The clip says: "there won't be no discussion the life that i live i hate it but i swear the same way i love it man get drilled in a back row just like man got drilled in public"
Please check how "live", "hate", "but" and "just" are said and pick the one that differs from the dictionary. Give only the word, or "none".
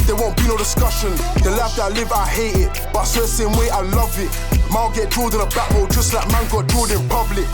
none